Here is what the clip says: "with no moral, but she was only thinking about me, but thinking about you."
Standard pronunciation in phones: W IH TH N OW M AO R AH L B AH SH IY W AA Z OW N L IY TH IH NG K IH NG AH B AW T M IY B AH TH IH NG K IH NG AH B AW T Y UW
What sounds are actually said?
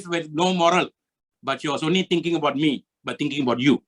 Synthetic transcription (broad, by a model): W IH N OW M AO R AH L B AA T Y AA S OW N IY T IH NG K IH NG AH B AW T M IY B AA T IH NG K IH NG AH B AW T Y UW